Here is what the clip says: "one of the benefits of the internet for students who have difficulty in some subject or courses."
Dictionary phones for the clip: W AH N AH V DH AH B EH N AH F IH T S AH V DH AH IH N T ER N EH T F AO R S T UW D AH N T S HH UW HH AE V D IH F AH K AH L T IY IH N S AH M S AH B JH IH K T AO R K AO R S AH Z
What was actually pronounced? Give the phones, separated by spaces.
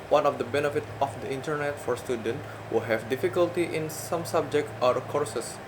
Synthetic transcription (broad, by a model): W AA N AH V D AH B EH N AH F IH T AH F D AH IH N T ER N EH T F AO R S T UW D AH N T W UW HH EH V D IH F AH K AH L T IY IH N S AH M S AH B JH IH K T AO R K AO R S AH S